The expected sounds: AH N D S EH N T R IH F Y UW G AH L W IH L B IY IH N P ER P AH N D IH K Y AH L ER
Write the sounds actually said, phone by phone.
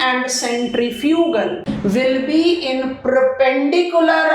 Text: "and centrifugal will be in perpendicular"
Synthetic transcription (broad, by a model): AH N D S EH N T R IH F Y UW G AH L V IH L B IY IH N P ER P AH N D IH K Y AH L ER